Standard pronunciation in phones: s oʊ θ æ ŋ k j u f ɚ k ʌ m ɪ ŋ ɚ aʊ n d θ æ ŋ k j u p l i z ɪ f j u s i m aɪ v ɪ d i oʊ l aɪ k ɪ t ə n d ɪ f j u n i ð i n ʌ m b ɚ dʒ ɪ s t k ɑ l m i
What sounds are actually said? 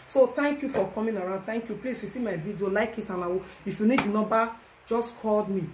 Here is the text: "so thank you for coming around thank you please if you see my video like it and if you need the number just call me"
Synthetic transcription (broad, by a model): s oʊ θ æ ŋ k j u f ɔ k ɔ m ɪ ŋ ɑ aʊ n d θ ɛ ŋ k j u p l i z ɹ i s i m aɪ v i d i oʊ l aɪ k ɪ t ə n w ɪ f j u n i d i n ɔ b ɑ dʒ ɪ s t k ɑ l m i